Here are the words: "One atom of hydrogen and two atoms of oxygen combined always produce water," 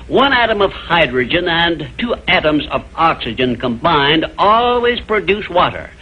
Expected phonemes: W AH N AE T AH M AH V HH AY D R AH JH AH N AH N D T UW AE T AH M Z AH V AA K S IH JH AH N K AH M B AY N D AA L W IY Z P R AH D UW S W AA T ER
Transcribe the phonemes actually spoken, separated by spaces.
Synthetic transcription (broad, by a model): W AH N AE T AH M AH V HH AY D R AH JH AH N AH N T UW AE T AH M Z AH V AA K S IH JH AH N K AH M B AY N D AA L W IY Z P R AH D UW S W AA T ER